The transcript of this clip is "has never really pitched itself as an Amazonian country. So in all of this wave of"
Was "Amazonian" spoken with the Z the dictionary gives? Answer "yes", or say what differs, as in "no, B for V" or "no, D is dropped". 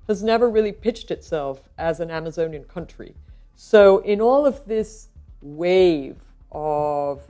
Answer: yes